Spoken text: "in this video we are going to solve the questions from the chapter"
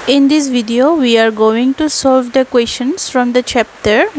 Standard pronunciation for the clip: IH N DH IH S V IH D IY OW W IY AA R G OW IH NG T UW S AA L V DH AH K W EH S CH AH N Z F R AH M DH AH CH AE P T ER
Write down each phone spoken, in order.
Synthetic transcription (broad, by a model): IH N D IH S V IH D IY OW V IY AA R G OW IH NG T UW S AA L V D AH K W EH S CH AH N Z F R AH M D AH CH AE P T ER